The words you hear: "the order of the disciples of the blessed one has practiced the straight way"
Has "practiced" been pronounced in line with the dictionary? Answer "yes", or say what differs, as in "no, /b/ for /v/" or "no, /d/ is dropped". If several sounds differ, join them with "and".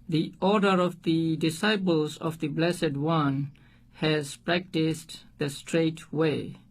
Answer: yes